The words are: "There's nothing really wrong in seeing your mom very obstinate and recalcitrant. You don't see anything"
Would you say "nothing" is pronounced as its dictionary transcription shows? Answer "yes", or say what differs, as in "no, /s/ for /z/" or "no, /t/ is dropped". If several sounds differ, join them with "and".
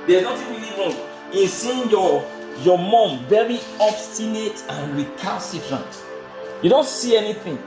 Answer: no, /t/ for /θ/